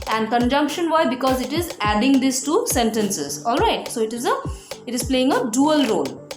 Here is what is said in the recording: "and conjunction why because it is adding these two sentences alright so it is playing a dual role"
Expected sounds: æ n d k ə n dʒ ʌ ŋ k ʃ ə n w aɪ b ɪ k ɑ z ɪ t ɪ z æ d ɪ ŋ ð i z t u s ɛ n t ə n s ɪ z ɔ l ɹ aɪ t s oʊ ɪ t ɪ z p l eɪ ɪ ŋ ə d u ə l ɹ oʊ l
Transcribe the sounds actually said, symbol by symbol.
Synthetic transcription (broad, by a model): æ n d k ə n dʒ ʌ ŋ k ʃ ə n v aɪ b ɪ k ɑ z ɪ t ɪ z æ d ɪ ŋ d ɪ s t u s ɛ n t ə n s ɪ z ɔ l ɹ aɪ t s oʊ ɪ t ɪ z p l eɪ ɪ ŋ ə d u ə l ɹ oʊ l